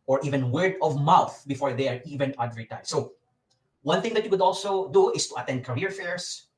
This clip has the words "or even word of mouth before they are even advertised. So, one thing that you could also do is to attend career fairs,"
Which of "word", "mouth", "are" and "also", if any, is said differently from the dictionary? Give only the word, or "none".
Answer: none